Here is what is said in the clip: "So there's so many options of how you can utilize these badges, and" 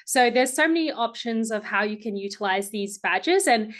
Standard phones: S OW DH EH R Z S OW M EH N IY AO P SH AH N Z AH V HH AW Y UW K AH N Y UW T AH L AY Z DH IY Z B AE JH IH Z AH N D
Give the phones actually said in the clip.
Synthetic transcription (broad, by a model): S OW DH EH R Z S OW M EH N IY AO P SH AH N Z AH V HH AW Y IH K AH N Y UW T AH L AY Z DH IY Z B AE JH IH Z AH N